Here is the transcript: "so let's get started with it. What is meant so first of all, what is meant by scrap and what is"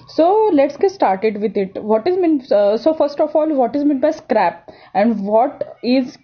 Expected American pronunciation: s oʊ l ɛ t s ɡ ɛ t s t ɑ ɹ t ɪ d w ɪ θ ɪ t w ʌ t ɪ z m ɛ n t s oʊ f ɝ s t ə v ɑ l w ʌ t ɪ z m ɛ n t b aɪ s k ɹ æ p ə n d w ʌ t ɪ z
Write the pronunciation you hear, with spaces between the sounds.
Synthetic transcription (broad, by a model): s oʊ l ɛ t s ɡ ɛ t s t ɑ ɹ t ɪ d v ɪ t ɪ t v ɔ t ɪ z m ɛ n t s oʊ f ɝ s t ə f ɑ l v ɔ t ɪ z m ɛ n t b aɪ s k ɹ æ p ə n d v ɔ t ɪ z